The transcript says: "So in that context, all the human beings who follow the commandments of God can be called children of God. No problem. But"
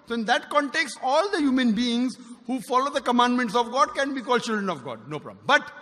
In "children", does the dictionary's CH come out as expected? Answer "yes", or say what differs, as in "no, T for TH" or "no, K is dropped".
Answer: yes